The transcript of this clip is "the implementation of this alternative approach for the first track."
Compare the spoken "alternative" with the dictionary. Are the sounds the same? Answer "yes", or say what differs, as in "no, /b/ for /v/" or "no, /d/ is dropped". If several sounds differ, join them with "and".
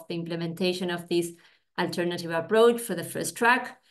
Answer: yes